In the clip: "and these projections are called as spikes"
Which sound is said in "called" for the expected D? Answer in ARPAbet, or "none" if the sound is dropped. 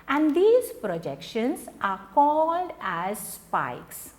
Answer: D